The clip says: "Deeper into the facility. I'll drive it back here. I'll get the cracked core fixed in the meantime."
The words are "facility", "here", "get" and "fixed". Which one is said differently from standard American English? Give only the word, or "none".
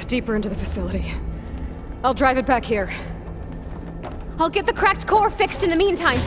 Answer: none